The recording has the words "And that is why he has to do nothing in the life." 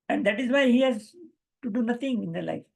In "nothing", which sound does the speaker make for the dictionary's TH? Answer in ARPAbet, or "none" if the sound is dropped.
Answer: T